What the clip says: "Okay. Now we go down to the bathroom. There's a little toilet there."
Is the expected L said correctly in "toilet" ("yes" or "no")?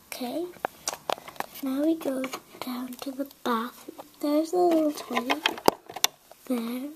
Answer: no